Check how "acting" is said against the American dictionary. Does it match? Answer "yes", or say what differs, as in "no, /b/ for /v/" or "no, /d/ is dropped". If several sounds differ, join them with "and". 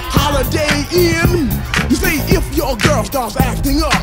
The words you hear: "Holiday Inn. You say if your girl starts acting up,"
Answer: yes